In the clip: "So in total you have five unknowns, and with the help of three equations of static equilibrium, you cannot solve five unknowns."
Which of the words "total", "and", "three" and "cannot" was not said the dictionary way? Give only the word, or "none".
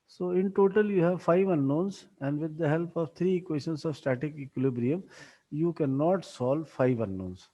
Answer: three